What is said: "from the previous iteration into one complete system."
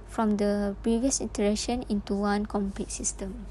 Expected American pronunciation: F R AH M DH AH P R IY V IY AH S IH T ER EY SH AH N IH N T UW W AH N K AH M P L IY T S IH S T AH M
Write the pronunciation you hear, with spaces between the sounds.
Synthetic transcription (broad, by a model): F R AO M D AH P R IY V IY AH S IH T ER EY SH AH N IH N T UW W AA N K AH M P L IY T S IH S T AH M